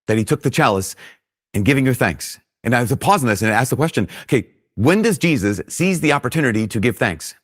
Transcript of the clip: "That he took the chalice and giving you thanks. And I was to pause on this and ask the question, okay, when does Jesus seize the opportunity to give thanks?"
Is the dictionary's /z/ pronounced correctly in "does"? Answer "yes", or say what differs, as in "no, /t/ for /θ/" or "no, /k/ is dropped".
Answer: yes